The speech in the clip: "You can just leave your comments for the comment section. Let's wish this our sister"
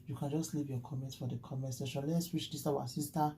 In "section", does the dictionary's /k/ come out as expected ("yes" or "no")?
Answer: no